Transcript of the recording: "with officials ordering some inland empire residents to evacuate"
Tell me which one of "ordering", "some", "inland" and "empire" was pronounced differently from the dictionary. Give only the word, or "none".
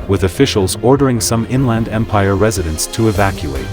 none